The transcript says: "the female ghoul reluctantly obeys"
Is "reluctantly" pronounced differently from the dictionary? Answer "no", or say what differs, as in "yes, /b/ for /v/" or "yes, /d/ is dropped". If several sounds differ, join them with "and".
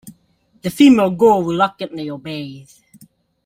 yes, /w/ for /ɹ/